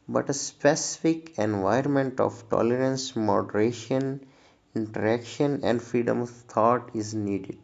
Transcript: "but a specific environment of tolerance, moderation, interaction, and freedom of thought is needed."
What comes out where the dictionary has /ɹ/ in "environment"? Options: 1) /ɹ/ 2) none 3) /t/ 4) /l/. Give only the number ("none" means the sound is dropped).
2